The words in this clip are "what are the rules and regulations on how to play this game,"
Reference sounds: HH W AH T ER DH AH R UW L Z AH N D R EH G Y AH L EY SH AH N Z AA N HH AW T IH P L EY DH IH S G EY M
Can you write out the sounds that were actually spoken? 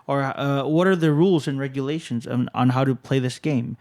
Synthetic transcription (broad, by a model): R W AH T ER DH AH R UW L Z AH N R EH G Y AH L EY SH AH N Z N HH AW T IH P L EY DH IH S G EY M